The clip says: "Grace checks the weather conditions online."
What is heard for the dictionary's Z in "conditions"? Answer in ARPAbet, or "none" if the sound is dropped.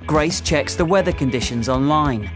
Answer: Z